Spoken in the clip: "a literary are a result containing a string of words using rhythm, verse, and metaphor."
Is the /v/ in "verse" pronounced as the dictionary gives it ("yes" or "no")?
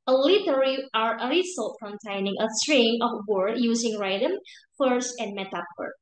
no